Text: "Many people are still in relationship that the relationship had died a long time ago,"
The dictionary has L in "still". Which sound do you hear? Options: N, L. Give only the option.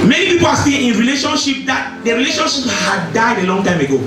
N